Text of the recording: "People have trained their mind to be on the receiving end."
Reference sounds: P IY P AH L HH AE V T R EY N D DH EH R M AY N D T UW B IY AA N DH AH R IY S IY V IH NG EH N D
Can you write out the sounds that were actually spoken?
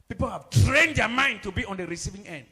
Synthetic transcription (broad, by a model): P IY P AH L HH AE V T R EY N D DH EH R M AY N D T UW B IY AA N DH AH R IY S IY V IH NG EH N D